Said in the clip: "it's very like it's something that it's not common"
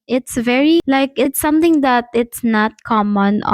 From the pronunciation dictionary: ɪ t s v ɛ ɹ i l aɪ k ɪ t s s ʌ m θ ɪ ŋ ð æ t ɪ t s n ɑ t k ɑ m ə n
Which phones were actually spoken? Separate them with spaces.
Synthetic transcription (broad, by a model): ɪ t s v ɛ ɹ i l aɪ k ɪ t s s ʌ m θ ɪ ŋ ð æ t ɪ t s n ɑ t k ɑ m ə n